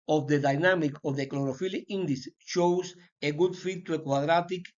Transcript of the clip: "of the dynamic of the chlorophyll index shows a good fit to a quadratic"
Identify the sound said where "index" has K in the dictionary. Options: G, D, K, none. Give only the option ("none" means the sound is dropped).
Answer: none